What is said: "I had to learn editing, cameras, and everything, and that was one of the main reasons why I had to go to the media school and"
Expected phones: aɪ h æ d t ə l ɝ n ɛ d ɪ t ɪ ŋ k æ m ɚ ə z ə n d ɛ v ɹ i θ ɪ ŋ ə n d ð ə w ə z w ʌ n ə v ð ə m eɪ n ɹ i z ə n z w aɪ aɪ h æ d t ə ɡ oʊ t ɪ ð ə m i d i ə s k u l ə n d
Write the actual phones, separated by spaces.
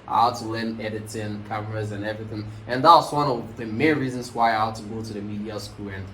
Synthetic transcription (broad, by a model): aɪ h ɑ t ə l ɝ n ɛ d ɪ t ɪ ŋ k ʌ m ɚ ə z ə n ɛ v ɹ i θ ɪ ŋ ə n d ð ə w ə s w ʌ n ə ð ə m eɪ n ɹ i z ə n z w aɪ aɪ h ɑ t ə ɡ oʊ t ɪ ð ə m i d i ə s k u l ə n